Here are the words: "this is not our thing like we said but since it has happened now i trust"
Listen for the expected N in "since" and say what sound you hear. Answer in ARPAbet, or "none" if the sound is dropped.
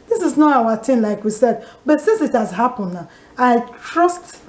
N